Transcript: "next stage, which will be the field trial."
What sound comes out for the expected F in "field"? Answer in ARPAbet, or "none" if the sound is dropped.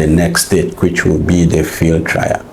F